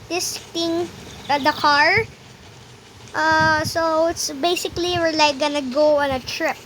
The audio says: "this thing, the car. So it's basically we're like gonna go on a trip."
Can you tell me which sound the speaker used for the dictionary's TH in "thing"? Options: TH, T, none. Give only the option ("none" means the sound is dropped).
T